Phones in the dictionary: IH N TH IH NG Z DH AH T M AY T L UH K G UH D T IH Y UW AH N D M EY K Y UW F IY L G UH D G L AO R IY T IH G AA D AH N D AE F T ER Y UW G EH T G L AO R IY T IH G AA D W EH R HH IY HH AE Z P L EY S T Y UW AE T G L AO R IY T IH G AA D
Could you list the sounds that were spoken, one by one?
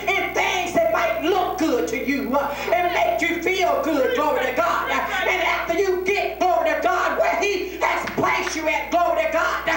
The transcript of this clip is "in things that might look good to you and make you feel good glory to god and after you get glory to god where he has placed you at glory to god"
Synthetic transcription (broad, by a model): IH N TH IH NG Z DH AH T M AY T L UH K G UH D T IH Y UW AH N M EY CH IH F IY L G UH D G L AO R IY T IH G AA D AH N AE F T ER Y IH G EH T G L AO R IY T IH G AA D W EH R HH IY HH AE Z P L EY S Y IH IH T G L AO R IY T IH G AA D